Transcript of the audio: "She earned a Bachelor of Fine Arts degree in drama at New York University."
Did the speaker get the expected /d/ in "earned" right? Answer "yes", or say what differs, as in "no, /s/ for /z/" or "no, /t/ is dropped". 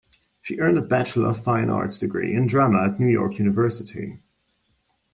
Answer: yes